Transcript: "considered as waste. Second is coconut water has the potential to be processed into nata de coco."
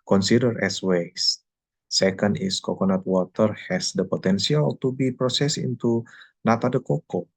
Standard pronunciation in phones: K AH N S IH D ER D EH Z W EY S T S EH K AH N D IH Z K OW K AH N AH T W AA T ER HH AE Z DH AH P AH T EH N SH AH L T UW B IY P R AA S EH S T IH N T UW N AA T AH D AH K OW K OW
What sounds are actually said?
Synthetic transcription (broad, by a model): K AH N S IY D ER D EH S W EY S S EH K AH N D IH S K OW K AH N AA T W AA T ER HH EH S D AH P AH T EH N S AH L T UW B IY P R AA S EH S IH N T UW N AA T AH D AH K OW K OW